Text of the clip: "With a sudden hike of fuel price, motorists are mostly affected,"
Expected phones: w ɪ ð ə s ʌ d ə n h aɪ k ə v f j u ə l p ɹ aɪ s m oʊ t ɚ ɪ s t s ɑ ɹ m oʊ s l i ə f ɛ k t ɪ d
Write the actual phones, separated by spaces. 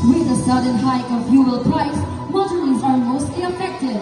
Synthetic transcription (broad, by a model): w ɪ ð ə s ʌ d ə n h aɪ k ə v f j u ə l p ɹ aɪ s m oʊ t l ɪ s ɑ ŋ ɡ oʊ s i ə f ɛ k t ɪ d